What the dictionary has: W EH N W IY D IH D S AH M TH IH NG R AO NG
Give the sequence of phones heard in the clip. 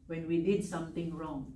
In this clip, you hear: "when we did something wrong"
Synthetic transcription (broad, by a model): W EH N W IY D IH D S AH M T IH NG R AO NG